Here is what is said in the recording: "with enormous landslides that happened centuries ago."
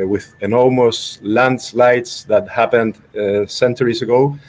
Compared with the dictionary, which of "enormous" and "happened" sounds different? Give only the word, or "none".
enormous